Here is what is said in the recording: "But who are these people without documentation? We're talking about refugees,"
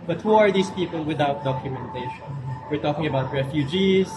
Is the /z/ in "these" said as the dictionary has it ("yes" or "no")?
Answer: no